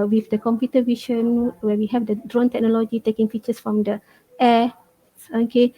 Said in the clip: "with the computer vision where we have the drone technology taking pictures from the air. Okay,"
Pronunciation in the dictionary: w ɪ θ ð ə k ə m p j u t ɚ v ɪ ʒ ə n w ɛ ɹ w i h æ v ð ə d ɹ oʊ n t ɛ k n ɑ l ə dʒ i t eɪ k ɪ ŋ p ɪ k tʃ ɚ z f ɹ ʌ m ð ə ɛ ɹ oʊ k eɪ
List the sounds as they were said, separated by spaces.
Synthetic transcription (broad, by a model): w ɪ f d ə k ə m p j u t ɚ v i ʃ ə n w ɛ w i h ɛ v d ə d ɹ oʊ n t ɛ k n ɑ l ə dʒ i t eɪ k ɪ ŋ f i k tʃ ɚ s f ɹ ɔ m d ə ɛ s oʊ k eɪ